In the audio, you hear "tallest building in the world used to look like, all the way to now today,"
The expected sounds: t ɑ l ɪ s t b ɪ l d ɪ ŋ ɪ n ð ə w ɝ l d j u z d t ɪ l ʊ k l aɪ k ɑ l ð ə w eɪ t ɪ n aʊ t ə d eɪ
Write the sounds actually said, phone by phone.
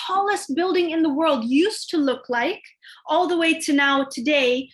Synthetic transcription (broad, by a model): ɑ l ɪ s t b ɪ l d ɪ ŋ ɪ n ð ə w ɝ l d j u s t ɪ l ʊ k l aɪ k ɑ l ð ə w eɪ t ɪ n aʊ t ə d eɪ